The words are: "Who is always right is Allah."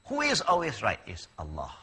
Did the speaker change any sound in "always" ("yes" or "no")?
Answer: no